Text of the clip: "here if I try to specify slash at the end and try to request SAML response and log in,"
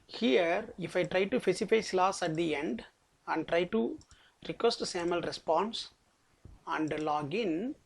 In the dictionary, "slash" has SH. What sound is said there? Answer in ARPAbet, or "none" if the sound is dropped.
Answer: S